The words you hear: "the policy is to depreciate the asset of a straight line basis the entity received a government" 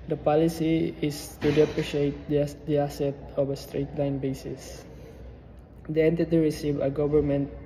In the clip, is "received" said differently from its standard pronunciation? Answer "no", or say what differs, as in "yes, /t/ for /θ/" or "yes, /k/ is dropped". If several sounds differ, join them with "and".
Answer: yes, /d/ is dropped